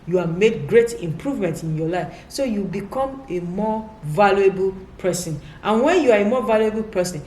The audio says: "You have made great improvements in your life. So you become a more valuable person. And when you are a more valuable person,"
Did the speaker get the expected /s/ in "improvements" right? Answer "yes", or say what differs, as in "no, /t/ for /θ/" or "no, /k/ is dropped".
no, /s/ is dropped